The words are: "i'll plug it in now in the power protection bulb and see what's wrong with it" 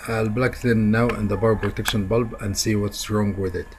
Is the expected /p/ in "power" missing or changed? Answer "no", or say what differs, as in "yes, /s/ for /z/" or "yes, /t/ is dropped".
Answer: yes, /b/ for /p/